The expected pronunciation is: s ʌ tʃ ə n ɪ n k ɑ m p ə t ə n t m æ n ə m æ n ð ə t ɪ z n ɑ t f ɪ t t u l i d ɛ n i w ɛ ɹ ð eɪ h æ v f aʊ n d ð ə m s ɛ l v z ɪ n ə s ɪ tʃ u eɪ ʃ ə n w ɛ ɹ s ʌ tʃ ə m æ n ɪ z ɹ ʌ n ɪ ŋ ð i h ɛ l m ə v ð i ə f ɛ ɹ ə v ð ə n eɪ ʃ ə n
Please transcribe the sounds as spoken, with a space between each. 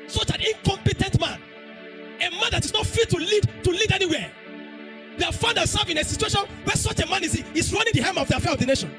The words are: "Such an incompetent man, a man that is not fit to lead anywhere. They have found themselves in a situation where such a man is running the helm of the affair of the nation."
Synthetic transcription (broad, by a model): s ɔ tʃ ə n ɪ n k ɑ m p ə t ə n t m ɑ n ə m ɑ n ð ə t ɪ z n ɑ t f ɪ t t u l i d ɛ n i w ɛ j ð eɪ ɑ f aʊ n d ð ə s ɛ v ɪ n ə s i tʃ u eɪ ʃ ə n w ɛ s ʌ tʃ ə m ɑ n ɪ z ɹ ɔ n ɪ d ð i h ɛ m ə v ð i ə f ɛ ɹ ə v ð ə n eɪ ʃ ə n